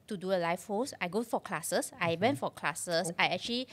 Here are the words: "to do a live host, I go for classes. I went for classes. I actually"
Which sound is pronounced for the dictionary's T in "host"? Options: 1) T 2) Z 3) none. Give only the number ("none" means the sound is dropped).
3